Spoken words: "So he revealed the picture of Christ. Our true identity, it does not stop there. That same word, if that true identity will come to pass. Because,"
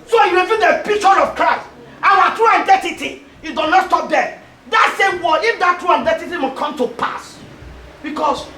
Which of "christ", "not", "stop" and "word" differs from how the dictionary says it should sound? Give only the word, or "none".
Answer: word